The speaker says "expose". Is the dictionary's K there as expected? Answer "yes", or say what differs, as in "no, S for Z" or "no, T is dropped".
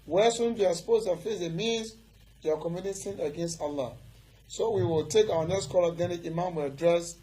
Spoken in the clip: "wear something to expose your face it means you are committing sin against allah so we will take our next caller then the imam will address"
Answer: no, K is dropped